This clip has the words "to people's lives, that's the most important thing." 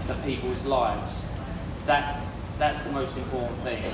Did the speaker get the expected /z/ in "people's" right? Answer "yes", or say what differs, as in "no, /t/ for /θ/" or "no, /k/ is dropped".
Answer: yes